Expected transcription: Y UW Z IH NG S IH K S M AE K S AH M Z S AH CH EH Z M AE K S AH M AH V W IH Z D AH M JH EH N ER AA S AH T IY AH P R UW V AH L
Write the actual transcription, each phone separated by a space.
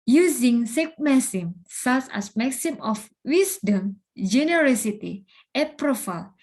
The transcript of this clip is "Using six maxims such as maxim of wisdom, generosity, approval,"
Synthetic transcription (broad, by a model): Y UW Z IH NG S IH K M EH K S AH M S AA S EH S M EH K S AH M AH F W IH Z D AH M JH EH N ER AA S AH T IY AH P R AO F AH L